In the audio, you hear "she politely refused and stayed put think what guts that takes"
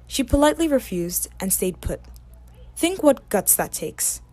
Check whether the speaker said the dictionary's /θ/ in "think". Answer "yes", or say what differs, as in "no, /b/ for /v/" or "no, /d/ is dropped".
yes